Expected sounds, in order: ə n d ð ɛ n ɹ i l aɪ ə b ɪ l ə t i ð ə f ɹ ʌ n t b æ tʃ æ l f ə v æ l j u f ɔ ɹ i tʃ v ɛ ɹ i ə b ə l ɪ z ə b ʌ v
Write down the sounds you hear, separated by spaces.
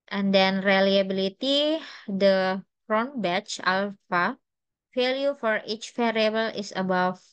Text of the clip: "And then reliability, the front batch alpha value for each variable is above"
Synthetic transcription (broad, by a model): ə n d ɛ n ɹ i l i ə b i l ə t i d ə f ɹ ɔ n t b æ tʃ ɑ l f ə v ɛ l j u f ɔ ɹ i tʃ f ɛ ɹ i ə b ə l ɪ s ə b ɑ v